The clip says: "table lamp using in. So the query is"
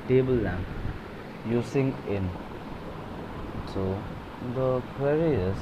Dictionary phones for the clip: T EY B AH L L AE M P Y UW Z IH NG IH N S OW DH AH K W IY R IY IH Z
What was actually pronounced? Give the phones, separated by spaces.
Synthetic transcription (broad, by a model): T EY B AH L L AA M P Y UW S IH NG IH N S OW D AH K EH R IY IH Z